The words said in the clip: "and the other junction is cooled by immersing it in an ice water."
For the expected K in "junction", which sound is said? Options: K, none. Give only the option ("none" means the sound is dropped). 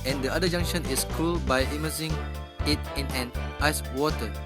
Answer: none